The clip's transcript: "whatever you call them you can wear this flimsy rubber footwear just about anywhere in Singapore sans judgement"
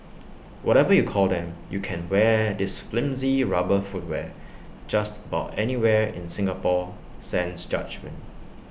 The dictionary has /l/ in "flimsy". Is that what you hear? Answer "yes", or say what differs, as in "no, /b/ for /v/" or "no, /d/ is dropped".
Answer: yes